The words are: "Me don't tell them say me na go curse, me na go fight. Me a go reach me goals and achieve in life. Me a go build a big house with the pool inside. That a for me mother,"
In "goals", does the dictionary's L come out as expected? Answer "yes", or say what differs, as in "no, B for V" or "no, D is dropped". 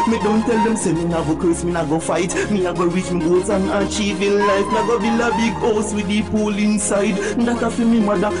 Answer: no, L is dropped